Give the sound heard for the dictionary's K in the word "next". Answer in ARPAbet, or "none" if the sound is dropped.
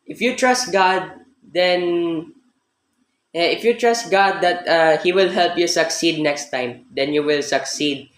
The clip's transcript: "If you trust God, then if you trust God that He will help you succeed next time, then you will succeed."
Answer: K